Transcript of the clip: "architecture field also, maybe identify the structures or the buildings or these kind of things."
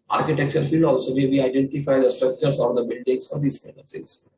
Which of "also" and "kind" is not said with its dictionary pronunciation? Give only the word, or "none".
kind